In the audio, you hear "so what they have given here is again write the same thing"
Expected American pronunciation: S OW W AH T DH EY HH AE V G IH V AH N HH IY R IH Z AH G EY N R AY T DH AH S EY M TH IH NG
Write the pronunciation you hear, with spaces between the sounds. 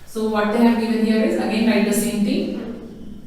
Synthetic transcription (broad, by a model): S OW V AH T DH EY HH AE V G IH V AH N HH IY R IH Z AH G EY N L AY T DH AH S EY M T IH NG